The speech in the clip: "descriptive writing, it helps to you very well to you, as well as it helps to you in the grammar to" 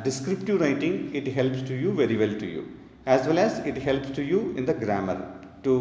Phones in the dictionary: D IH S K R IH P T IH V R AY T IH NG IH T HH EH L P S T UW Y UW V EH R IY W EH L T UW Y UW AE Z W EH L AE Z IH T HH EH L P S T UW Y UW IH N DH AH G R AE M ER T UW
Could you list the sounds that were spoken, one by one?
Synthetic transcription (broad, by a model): D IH S K R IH P T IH V R AY T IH NG IH T HH EH L P S T UW Y UW V EH R IY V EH L T UW Y UW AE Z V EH L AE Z IH T HH EH L P S T UW Y UW IH N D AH G R AE M ER T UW